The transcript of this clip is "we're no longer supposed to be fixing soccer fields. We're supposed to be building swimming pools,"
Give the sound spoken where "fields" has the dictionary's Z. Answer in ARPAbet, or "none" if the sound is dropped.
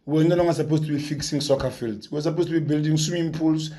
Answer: S